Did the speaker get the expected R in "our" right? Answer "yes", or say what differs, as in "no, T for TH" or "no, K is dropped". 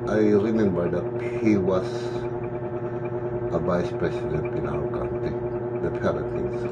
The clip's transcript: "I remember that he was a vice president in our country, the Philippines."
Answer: no, W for R